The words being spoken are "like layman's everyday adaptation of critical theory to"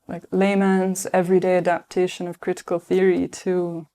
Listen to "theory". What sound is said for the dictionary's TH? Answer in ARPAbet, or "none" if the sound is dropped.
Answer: TH